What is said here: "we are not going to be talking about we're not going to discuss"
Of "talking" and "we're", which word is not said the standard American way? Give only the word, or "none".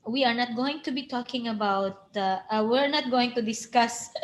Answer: none